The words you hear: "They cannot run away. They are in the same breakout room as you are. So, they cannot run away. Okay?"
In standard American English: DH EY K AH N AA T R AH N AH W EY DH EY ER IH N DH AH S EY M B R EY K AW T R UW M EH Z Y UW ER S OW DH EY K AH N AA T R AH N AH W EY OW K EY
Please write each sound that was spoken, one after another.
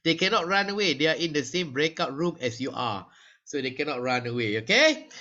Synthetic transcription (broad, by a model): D EY K AH N AA T R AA N AH W EY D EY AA IH N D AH S EY M B R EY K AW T R UW M EH S Y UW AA S OW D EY K AH N AA T R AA N AH W EY OW K EY